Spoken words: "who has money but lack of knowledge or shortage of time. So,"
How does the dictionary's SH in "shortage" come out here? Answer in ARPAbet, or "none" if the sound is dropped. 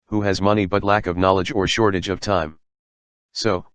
SH